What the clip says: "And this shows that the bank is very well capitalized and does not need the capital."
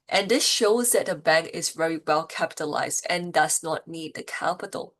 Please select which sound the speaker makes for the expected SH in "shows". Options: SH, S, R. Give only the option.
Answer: SH